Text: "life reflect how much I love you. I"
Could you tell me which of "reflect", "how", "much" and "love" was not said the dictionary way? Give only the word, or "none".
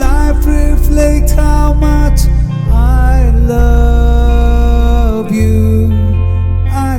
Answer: none